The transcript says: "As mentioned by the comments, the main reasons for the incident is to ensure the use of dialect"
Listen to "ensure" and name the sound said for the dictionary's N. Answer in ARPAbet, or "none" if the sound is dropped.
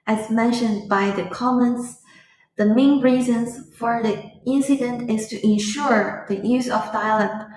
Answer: N